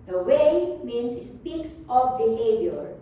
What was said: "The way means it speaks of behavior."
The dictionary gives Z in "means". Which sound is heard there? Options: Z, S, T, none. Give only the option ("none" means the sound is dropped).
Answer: S